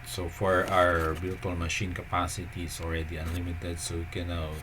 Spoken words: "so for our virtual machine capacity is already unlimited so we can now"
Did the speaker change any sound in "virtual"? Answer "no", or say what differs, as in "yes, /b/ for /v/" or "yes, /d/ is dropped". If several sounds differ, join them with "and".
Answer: yes, /b/ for /v/